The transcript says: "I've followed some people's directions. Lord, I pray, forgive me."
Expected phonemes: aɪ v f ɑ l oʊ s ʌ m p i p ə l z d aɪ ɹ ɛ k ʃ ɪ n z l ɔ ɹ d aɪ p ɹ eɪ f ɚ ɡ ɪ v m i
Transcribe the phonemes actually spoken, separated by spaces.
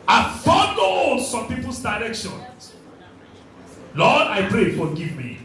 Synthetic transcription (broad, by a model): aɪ f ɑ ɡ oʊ s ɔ m p i p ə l s d aɪ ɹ ɛ k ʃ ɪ n l ɔ d aɪ p ɹ eɪ f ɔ ɡ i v m i